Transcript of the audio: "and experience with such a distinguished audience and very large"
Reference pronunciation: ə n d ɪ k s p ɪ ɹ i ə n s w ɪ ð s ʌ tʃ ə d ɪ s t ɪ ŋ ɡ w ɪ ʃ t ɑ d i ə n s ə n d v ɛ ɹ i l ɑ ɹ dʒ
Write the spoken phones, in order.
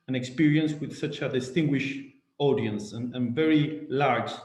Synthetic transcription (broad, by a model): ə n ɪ k s p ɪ ɹ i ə n s w ɪ ð s ʌ tʃ ə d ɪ s t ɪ ŋ ɡ w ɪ ʃ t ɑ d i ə n s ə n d v ɛ ɹ i l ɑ ɹ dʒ